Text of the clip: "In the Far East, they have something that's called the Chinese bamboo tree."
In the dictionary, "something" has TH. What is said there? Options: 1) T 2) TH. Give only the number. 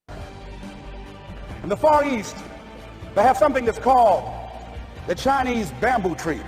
2